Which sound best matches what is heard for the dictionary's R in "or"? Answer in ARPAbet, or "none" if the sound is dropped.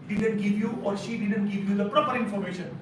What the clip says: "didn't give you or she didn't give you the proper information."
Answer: R